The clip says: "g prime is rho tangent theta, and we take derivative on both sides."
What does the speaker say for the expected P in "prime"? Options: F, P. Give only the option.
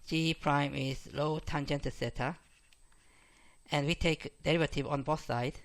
P